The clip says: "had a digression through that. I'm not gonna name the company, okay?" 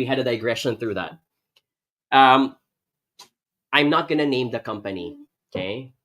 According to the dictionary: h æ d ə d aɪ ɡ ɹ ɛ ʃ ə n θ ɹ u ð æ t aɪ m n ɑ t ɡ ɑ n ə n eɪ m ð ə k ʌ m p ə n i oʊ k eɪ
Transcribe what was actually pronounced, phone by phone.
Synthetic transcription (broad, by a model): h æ d ə d aɪ ɡ ɹ ɛ ʃ ə n θ ɹ u ð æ t aɪ m n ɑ t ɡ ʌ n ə n eɪ m ð ə k ʌ m p ə n i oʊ k eɪ